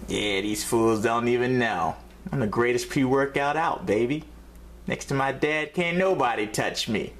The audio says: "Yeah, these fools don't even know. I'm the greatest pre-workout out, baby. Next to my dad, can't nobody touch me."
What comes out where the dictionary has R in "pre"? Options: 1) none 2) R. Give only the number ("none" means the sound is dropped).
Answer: 1